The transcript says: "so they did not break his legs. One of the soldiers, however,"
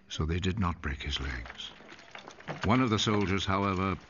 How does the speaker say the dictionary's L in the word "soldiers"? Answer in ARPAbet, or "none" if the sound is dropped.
L